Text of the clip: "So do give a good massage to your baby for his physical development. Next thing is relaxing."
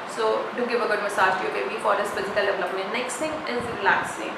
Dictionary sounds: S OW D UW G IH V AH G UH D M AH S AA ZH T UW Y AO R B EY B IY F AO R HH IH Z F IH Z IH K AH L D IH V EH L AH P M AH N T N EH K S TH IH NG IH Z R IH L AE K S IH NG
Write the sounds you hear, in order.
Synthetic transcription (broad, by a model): S OW D UW G IH V AH G UH D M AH S AA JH T UW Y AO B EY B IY F AO R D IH S F IH Z IH K AH L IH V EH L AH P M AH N N EH K S T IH NG IH Z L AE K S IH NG